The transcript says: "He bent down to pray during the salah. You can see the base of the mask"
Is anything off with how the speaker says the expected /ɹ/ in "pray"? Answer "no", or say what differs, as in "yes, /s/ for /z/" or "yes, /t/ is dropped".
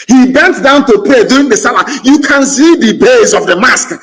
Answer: yes, /ɹ/ is dropped